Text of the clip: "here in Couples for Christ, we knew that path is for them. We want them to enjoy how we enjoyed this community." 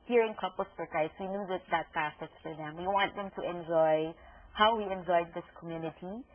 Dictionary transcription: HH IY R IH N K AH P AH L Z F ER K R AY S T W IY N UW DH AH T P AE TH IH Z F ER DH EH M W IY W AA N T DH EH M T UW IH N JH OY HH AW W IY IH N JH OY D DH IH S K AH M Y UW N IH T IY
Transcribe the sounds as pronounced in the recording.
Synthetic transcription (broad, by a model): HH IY R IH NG K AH P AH L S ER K AY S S W IY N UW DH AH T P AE S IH S F ER DH EH M W IY W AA N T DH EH M T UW IH N JH OY HH AW W IY IH N JH OY D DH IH S K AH M Y UW N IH T IY